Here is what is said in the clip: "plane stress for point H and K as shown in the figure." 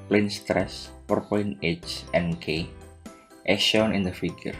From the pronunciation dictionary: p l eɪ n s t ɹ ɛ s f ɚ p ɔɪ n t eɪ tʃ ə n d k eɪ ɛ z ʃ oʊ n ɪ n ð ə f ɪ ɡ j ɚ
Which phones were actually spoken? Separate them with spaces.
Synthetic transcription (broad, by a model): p l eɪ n s t ɹ ɛ s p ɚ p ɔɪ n eɪ tʃ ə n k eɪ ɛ ʃ oʊ n ɪ n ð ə f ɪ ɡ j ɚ